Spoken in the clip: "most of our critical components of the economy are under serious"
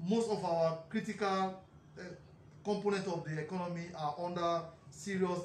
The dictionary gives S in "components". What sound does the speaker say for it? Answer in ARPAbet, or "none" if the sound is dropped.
none